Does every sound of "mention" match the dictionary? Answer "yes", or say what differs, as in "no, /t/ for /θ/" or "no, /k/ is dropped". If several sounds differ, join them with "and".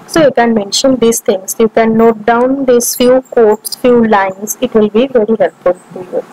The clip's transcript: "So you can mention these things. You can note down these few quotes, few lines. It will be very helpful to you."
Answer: yes